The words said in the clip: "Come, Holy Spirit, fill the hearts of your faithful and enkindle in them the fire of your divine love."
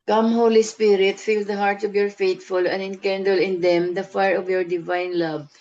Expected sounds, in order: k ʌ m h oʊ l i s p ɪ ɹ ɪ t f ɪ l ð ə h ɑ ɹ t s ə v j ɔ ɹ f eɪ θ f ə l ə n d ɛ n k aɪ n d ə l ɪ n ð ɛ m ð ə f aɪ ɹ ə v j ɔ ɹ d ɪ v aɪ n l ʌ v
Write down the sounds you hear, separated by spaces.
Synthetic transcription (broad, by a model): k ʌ m h oʊ l i s p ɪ ɹ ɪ t f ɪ l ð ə h ɑ ɹ t s ə v j ɔ ɹ f eɪ t f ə l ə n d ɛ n k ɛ n d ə l ɪ n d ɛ m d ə f aɪ ɹ ə v j ɔ ɹ d ɪ v aɪ n l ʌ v